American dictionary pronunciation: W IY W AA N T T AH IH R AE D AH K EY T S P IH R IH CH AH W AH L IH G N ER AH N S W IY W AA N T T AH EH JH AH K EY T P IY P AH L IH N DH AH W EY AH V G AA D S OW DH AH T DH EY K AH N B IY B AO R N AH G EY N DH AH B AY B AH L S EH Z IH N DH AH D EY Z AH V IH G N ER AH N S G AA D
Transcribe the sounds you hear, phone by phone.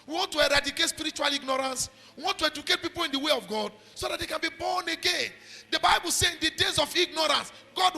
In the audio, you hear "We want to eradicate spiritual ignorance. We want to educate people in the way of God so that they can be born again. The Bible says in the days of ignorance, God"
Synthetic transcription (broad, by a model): W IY W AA N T T AH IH R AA D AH K EY T S P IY R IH CH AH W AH L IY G N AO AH N S W IY W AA N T T AH EH JH AH K EY T P IY P AH L IH N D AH W EY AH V G AA D S OW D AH T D EY K AH N B IY B AO N AH G EY N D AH B AY B AH L S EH IH N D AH D EY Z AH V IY G N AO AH N S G AA D